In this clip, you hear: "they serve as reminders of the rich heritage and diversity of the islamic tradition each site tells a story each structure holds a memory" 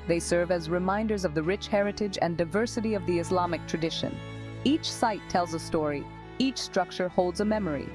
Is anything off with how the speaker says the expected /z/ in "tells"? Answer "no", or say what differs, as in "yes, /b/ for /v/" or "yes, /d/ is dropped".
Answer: no